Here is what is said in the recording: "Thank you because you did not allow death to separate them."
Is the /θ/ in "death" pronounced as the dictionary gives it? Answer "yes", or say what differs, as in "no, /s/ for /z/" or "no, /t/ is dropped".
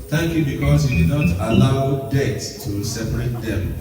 no, /t/ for /θ/